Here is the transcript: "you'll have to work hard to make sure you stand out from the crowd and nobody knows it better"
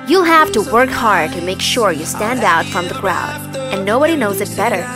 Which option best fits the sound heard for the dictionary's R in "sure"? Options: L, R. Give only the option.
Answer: R